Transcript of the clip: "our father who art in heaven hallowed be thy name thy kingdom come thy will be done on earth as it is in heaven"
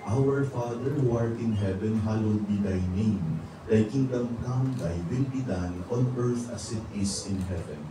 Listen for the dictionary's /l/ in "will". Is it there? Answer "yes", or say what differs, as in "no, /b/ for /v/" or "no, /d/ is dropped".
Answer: no, /n/ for /l/